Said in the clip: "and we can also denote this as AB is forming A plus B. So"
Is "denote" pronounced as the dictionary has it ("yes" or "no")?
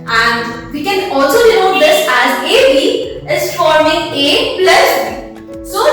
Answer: no